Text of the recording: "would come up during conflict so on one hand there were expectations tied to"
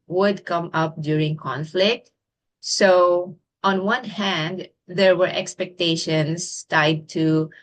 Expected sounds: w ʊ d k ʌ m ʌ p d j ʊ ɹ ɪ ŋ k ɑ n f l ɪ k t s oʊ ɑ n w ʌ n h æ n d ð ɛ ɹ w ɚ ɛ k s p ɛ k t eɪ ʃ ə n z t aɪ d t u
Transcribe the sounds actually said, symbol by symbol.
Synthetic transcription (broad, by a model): w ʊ d k ʌ m ʌ p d j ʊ ɹ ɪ ŋ k ɑ n f l ɪ k t s oʊ ɑ n w ʌ n h æ n d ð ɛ ɹ w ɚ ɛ k s p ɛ k t eɪ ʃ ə n s t aɪ d t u